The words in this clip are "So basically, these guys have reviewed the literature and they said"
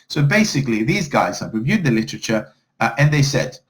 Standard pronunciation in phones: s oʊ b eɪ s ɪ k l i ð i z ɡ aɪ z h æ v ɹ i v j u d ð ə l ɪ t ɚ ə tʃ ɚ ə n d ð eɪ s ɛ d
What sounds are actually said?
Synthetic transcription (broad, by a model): s oʊ b eɪ s ɪ k l i ð i z ɡ aɪ z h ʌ p ɹ i v j u d ð ə l ɪ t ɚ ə tʃ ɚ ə n ð eɪ s ɛ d